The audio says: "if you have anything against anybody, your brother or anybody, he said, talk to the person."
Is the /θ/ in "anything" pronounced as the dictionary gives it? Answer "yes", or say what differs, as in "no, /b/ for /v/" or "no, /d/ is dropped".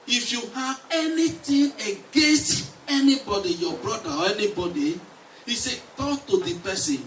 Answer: no, /t/ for /θ/